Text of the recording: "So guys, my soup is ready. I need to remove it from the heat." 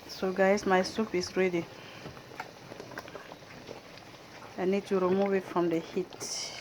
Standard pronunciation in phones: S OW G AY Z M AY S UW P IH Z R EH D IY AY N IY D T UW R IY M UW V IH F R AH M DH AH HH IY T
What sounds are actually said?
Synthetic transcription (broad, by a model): S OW G AY S M AY S UW P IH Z R EH D IY AY N IY D T UW R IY M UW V IH F R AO M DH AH HH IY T